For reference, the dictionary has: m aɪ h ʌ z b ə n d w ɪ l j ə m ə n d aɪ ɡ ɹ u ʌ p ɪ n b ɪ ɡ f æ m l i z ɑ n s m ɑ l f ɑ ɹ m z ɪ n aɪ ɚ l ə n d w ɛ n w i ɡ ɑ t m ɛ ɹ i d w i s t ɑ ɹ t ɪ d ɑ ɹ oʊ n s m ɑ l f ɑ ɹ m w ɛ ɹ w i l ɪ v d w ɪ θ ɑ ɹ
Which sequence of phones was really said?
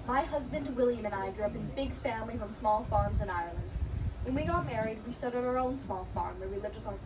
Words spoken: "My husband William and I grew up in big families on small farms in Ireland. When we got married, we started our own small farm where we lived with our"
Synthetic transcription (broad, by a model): m aɪ h ʌ z b ə n d w ɪ l j ə m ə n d aɪ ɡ ɹ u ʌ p ɪ n b ɪ ɡ f æ m l i z n s m ɑ l f ɑ ɹ m z ɪ n aɪ ɚ l ə n d w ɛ n w i ɡ ɑ t m ɛ ɹ i d w i s t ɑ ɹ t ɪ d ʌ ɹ oʊ n s m ɑ l f ɑ ɹ m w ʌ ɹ w i l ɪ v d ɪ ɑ